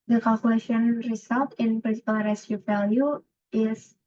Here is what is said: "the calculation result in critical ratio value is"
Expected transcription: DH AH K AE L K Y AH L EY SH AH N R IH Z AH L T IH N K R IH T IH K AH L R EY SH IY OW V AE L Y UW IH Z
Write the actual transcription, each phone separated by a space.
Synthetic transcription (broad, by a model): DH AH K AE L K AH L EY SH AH N R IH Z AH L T IH N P R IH S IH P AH L R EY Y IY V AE L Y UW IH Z